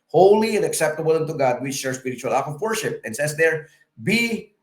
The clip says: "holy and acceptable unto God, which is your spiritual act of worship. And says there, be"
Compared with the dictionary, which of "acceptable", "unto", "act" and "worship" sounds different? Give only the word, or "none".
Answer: act